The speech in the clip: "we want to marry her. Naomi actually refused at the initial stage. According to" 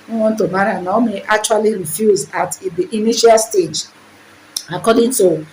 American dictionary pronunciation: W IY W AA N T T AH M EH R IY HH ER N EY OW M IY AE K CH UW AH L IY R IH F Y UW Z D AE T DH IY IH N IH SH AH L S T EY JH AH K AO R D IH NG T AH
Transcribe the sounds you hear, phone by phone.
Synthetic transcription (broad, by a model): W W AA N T T AH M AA R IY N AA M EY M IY K CH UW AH L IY R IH F Y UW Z AA T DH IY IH N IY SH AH L S T EY JH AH K AO D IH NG T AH